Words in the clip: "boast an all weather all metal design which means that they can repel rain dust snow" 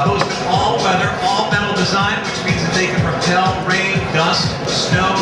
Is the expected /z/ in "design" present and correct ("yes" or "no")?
yes